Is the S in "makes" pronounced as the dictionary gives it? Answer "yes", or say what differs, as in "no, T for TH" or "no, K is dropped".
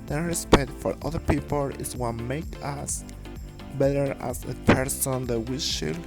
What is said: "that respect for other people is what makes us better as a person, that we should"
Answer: no, S is dropped